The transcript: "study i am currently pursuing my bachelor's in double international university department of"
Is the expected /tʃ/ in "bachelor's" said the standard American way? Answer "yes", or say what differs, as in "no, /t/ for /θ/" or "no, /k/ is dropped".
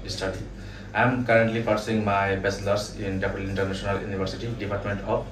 no, /s/ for /tʃ/